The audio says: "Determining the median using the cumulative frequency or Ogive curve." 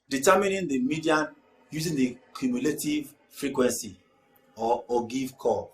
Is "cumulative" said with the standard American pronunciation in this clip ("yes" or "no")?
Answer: yes